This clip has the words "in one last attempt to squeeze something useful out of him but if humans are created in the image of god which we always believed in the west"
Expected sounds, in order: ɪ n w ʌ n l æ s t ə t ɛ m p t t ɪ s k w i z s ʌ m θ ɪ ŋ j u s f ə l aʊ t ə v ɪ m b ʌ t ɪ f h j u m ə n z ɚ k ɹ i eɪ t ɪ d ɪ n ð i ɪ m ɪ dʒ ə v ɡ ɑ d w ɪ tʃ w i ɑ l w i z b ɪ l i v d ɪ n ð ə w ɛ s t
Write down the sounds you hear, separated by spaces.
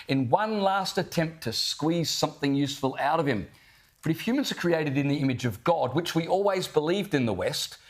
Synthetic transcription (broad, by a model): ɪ n w ʌ n l æ s t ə t ɛ m p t t ɪ s k w i z s ʌ m θ ɪ ŋ j u s f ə l aʊ t ə v ɪ m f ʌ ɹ ɪ f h j u m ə n z ɚ k ɹ i eɪ t ɪ d ɪ n ð i ɪ m ɪ dʒ ə v ɡ ɑ d w ɪ tʃ w i ɑ l w i z b ɪ l i v d ɪ n ð ə w ɛ s t